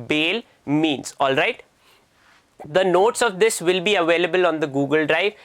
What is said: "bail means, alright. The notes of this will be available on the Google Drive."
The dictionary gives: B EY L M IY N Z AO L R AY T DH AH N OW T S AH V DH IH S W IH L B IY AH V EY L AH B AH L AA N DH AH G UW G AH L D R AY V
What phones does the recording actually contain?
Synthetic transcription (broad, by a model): B EY L M IY N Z AO L R AY T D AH N OW T S AH V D IH S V IH L B IY AH V EY L AH B AH L AA N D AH G UW G AH L D R AY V